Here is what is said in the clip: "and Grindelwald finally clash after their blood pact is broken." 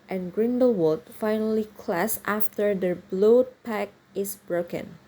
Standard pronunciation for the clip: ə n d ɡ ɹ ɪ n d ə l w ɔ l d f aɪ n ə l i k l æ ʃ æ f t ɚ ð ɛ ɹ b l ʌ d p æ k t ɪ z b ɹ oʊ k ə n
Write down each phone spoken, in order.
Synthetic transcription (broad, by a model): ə n ɡ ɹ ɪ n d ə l w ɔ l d f aɪ n ə l i k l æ s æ f t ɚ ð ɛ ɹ b l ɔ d p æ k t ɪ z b ɹ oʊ k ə n